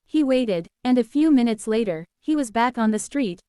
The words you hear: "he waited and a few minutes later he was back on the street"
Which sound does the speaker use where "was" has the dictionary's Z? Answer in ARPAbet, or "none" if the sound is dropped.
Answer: Z